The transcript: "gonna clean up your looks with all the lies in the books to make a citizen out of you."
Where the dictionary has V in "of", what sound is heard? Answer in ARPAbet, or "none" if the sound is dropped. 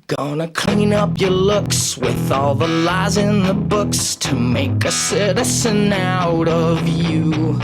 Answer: V